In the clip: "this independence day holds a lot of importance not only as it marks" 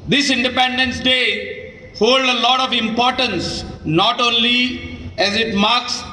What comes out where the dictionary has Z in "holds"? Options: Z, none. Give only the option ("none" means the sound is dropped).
none